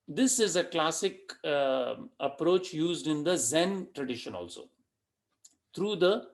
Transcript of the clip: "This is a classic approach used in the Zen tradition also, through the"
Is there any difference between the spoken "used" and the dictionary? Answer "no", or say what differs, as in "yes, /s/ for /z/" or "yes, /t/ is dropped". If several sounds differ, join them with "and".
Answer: no